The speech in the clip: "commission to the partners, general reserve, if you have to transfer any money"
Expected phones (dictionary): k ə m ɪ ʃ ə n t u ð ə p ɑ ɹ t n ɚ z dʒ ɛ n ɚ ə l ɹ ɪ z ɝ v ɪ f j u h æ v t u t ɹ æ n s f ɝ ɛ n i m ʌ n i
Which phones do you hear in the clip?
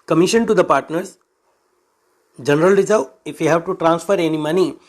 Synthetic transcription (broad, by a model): k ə m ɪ ʃ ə n t u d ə p ɑ ɹ t n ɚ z dʒ ɛ n ɚ ə l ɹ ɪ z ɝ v ɪ f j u h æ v t u t ɹ æ n s f ɝ ɛ n i m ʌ n i